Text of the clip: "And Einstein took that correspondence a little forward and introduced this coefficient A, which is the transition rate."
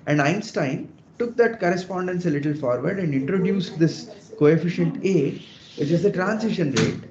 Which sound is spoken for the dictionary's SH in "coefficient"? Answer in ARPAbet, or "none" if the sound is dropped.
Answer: SH